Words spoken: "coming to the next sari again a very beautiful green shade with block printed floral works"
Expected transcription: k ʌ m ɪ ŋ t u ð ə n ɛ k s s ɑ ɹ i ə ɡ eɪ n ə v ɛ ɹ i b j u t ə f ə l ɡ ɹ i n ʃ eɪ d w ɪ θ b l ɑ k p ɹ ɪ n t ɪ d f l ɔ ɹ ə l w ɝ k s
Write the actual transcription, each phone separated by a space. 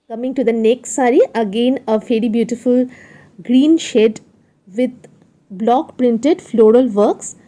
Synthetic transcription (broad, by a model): k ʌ m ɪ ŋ t u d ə n ɛ k s s ɑ ɹ i ə ɡ eɪ n ə f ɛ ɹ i b j u t ə f ə l ɡ ɹ i n ʃ eɪ d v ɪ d b l ɑ k p ɹ ɪ n t ɪ d f l ɔ ɹ ə l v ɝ k s